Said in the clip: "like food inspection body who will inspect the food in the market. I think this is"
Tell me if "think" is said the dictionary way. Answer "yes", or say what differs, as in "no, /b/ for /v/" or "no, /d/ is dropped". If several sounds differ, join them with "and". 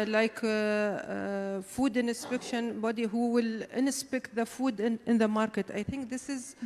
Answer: yes